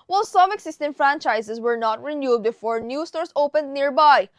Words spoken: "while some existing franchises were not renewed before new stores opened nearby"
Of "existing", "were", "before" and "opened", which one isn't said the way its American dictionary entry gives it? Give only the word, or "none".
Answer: existing